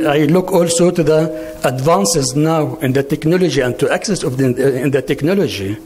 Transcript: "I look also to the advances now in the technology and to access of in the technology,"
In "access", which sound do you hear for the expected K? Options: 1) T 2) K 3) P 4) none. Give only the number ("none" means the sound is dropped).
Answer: 2